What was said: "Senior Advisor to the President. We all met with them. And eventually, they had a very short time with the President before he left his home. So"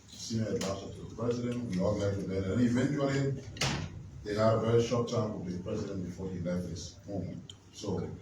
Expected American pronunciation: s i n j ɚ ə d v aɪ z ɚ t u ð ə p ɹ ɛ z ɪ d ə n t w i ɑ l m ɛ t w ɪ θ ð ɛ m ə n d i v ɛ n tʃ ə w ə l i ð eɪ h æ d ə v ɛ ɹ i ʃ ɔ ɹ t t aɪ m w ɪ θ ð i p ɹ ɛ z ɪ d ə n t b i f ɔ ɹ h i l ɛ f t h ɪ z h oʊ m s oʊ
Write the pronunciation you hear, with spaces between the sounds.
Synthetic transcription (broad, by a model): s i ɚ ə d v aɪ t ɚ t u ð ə p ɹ ɛ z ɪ d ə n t w i ɑ l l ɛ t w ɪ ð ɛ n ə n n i v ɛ n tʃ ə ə l i ð eɪ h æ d ə v ɛ ɹ i ʃ ɔ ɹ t t aɪ m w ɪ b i p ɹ ɛ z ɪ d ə n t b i f ɔ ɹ h i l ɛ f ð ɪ s h oʊ m s oʊ